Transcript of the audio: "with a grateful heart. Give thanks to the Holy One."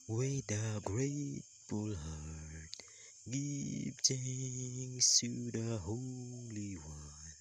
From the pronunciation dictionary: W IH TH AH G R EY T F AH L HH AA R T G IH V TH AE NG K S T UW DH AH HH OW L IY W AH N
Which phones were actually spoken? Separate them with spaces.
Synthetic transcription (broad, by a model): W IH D AH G R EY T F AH L HH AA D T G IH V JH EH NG S T UW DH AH HH OW L IY W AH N